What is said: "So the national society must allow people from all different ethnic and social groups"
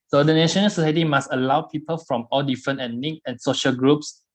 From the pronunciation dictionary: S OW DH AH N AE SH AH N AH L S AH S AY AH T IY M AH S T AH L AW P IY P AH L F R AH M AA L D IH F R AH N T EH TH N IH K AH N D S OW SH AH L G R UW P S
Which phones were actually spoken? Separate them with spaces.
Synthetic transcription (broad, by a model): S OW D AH N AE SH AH N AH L S AH S AY AH T IY M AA S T AH L AW P IY P AH L F R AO M AA L D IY F R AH N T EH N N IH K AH N S OW SH AH L G R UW P S